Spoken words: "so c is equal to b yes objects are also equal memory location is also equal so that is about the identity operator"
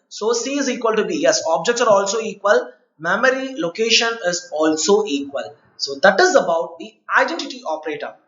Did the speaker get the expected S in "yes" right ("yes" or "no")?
yes